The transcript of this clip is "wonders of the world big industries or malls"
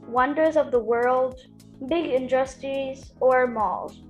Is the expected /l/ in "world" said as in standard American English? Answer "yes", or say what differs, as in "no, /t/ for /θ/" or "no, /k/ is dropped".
yes